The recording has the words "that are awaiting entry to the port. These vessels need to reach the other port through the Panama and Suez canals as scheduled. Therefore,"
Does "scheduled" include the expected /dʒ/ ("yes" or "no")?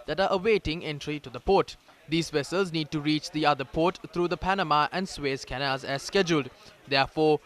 yes